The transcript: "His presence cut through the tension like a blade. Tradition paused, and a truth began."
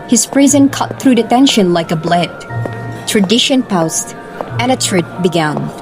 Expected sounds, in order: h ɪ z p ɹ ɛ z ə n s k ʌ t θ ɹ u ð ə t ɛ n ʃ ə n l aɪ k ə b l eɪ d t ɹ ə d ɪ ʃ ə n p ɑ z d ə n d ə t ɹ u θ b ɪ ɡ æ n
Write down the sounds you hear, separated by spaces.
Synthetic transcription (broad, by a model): h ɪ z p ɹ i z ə n k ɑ t θ ɹ u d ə t ɛ n ʃ ə n l aɪ k ə b l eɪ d t ɹ ə d ɪ ʃ ə n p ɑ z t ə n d ə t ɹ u t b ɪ ɡ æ n